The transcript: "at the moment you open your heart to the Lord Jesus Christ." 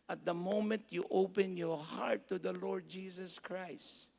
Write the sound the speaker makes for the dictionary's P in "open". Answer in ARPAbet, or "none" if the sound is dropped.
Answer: P